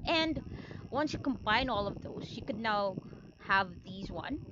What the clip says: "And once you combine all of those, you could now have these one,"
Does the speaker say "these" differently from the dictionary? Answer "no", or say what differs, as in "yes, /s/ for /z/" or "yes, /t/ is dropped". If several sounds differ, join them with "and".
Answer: no